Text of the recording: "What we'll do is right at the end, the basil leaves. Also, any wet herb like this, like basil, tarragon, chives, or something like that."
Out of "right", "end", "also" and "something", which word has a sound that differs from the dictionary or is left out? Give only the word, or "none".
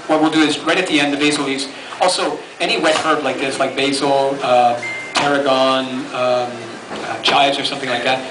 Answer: none